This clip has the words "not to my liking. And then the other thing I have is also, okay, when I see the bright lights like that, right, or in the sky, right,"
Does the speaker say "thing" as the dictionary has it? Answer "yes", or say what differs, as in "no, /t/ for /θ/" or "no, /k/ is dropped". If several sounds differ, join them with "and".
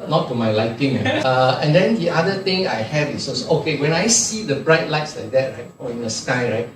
no, /t/ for /θ/